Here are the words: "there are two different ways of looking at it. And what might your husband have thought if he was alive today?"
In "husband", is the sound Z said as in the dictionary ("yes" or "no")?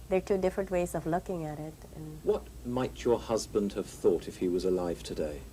yes